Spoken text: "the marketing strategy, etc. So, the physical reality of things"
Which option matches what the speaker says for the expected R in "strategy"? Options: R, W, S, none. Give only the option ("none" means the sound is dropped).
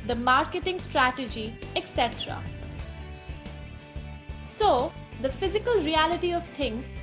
R